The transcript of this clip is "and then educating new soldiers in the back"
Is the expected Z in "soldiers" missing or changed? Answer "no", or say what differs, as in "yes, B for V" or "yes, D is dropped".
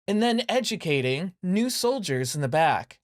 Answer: no